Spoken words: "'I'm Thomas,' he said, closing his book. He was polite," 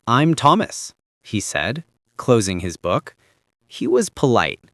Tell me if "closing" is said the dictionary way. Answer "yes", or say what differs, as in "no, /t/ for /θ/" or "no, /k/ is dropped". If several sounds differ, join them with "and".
yes